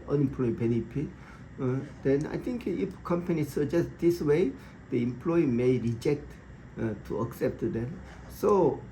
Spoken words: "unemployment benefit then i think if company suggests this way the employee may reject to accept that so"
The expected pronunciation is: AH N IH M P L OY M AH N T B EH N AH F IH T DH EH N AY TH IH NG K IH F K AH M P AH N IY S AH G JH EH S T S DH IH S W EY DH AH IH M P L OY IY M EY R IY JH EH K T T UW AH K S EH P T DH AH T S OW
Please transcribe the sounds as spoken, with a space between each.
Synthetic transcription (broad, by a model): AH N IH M P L OY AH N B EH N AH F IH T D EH N AY T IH NG K IH F K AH M P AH N IY S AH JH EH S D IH S W EY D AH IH M P L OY IY M EY R IY JH EH K T T UW AH K S EH P T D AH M S OW